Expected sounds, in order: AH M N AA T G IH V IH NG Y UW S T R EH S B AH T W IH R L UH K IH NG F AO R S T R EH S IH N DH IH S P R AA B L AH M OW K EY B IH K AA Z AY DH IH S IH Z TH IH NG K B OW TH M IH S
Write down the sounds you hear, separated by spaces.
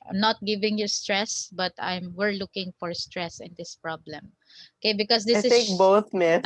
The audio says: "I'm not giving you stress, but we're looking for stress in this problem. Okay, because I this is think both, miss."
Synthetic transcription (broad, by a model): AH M N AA T G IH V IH NG Y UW S T R EH S B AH T W IH R L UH K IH NG F AO R S T R EH S IH N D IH S P R AA B L AH M OW K EY B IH K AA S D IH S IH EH K B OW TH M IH